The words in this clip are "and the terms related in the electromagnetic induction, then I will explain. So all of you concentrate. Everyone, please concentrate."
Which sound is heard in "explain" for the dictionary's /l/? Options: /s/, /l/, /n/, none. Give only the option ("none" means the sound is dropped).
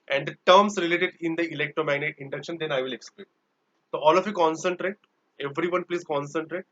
none